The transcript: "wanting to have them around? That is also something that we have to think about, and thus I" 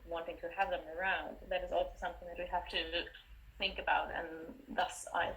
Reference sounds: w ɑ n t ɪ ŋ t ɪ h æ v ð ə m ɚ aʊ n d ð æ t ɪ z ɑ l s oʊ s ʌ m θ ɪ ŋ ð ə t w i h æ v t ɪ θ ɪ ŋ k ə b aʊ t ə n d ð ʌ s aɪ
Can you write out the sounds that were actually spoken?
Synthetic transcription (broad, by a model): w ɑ n t ɪ ŋ t ɪ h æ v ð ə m ɚ aʊ n d ð æ t ɪ z ɑ l s oʊ s ʌ m θ ɪ ŋ ð ə t w i h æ f t ɪ θ ɪ ŋ k ə b aʊ t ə n ð ʌ s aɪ